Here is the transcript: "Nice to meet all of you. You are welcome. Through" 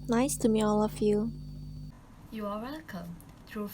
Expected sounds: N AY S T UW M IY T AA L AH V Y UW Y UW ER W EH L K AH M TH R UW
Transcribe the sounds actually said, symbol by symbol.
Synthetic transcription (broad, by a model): N AY S T UW M IY AA L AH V Y UW Y UW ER W EH L K AH M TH R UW